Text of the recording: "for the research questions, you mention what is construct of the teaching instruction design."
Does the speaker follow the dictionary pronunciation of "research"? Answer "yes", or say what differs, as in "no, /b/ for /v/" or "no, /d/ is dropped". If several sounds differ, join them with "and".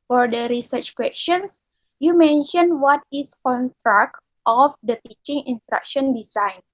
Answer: yes